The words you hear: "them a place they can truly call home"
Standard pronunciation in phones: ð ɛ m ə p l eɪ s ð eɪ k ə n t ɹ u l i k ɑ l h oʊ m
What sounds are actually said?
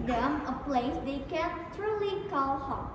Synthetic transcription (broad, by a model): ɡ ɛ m ə p l eɪ s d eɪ k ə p t ɹ u l i k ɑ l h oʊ